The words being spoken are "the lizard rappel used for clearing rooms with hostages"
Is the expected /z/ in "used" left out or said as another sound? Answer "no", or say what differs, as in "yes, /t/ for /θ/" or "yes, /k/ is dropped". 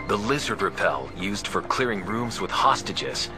no